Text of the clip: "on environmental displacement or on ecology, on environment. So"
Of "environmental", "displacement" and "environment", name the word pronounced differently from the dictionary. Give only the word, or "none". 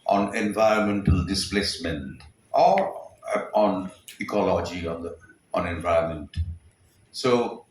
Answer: environment